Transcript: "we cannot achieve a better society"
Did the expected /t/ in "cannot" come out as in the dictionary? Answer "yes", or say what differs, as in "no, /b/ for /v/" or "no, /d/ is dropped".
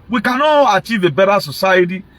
no, /t/ is dropped